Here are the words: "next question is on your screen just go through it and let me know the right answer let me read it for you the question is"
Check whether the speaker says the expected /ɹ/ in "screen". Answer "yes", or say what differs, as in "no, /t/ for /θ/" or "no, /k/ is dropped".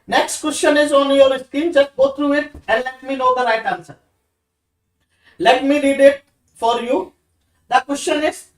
no, /ɹ/ is dropped